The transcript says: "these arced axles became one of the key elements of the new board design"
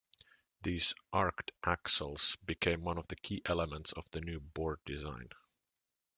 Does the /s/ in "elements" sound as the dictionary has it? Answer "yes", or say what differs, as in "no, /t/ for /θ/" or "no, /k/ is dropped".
yes